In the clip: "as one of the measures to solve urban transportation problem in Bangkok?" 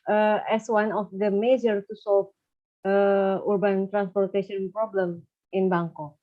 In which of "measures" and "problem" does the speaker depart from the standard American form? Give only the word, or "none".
measures